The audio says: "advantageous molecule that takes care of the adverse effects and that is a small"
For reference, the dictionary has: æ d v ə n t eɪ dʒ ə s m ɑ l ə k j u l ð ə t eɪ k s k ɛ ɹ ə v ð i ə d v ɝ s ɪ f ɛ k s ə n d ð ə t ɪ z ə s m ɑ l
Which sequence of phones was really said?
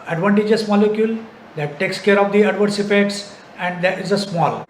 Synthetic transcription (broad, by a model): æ d v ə n t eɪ dʒ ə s m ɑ l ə k j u l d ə t eɪ k s k ɛ ɹ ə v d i ə d v ɝ s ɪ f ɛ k s ə n d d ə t ɪ z ə s m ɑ l